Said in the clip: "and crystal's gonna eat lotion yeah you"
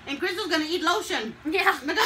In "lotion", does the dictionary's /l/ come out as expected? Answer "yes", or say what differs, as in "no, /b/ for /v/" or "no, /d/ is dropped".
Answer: yes